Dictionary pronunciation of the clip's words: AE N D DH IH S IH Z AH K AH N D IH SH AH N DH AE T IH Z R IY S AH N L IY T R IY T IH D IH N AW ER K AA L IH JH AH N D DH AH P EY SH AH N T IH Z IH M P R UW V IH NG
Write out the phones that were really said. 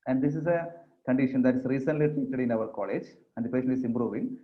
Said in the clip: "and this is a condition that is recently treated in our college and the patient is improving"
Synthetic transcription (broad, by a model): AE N D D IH S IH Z AH K AH N D IH SH AH N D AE T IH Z R IY S AH N L IY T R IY T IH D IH N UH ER K AA L IH JH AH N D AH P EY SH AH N IH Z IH M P R UW V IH NG